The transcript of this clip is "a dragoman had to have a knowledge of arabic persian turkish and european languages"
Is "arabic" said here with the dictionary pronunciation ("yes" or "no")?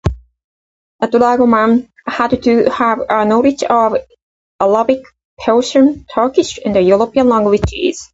no